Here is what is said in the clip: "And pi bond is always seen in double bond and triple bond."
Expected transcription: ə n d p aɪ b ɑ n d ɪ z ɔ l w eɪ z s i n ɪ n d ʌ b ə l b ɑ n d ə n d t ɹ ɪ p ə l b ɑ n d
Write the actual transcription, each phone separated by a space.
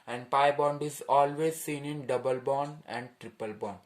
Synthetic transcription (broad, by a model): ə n d p aɪ b ɑ n d ɪ z ɔ l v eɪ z s i n ɪ n d ʌ b ə l b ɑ n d ə n d t ɹ ɪ p ə l b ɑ n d